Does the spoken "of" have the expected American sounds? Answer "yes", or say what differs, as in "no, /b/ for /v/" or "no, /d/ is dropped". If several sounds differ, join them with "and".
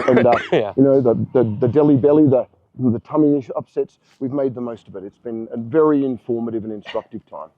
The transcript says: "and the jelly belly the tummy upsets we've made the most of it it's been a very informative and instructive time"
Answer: yes